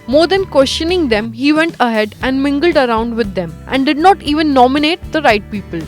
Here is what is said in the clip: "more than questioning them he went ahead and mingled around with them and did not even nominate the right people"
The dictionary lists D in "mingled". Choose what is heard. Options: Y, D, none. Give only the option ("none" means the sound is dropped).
D